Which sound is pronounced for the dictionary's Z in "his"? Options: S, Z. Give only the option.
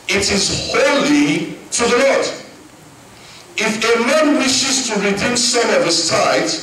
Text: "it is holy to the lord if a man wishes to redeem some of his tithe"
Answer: S